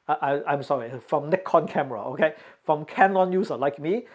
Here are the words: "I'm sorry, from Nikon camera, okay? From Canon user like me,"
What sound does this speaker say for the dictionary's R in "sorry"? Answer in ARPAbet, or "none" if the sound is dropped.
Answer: R